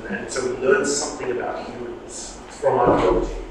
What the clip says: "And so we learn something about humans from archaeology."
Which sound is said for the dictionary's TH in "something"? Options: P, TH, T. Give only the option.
TH